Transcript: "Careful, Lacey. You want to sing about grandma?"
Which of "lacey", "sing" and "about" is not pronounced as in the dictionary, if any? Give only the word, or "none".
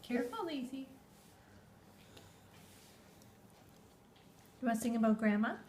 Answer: lacey